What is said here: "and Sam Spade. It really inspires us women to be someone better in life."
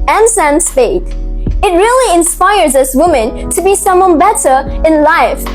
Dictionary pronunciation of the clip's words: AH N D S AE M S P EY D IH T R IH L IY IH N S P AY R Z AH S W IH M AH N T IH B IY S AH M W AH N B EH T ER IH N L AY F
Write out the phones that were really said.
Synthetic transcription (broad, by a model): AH N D S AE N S F EY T IH T R IH L IY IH N S P AY R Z AH S W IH M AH N T IH B IY S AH M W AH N B EH T ER IH N L AY F